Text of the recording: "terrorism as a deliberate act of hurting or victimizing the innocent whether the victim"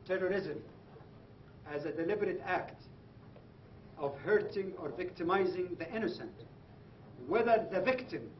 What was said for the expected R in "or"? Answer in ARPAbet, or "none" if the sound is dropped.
R